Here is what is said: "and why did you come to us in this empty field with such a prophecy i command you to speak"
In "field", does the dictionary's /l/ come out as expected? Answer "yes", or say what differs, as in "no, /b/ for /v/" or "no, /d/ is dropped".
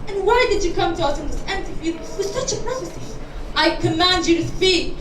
no, /l/ is dropped